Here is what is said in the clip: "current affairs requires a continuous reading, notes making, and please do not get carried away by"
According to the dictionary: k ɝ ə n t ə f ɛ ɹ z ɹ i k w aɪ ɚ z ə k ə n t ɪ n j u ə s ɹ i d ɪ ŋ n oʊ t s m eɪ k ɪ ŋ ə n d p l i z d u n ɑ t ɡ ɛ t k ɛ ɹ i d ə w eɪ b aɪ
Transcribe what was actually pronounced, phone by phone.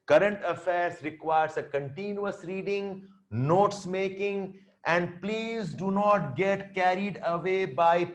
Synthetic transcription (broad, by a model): k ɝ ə n t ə f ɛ ɹ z ɹ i k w aɪ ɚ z ə k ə n t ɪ n j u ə s ɹ i d ɪ ŋ n oʊ t s m eɪ k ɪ ŋ ə n d p l i z d u n ɑ t ɡ ɛ t k ɛ ɹ i d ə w eɪ b aɪ